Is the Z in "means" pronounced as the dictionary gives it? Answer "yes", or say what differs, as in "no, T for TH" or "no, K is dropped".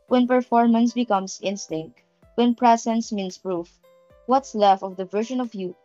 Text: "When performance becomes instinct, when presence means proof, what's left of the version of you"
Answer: no, S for Z